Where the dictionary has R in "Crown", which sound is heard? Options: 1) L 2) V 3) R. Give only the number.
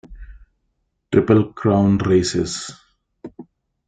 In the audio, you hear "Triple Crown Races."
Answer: 3